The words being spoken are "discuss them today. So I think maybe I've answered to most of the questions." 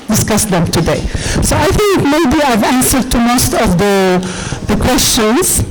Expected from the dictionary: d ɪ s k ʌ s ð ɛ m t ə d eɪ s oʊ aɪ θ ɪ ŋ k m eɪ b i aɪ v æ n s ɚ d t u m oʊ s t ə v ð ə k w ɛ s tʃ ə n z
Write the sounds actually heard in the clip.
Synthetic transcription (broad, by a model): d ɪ s k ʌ s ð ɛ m t ə d eɪ s oʊ aɪ θ ɪ ŋ k m eɪ b i aɪ v æ n s ɚ d t u m oʊ s t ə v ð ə k w ɛ s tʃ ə n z